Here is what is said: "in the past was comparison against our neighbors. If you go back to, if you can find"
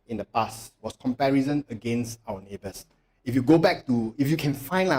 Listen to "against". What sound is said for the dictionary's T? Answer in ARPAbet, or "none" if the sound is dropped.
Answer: T